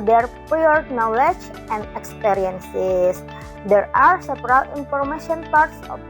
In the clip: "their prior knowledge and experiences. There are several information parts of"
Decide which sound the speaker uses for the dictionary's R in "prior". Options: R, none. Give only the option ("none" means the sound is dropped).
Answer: none